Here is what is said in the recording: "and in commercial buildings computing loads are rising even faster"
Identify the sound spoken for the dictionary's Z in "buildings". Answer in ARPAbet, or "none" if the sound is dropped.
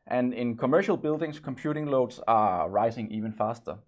S